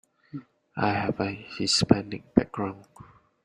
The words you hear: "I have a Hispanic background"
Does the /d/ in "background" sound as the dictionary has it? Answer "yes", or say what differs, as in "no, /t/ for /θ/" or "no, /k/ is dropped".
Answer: no, /d/ is dropped